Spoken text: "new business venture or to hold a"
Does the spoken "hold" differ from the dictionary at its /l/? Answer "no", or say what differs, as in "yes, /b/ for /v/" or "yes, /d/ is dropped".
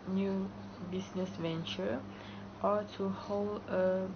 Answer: no